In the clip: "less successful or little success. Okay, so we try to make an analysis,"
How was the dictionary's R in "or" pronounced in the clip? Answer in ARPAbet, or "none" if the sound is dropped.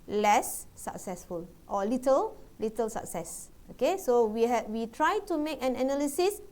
L